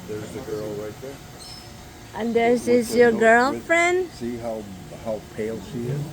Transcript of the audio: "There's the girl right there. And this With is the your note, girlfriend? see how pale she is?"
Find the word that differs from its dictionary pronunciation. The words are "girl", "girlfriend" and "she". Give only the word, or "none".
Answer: none